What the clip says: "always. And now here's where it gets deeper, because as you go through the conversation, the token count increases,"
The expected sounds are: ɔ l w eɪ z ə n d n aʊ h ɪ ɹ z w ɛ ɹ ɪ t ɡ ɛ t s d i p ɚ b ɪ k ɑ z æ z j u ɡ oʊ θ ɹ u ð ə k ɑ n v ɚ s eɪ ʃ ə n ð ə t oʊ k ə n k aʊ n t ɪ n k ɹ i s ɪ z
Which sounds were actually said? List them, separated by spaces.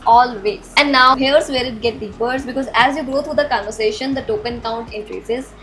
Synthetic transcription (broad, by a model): ɔ l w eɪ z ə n d n aʊ h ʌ ɹ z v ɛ ɹ ɪ t ɡ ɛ t d i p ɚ b ɪ k ɑ z æ z j u ɡ oʊ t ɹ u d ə k ɑ n v ɚ s eɪ ʃ ə n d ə t oʊ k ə n k aʊ n t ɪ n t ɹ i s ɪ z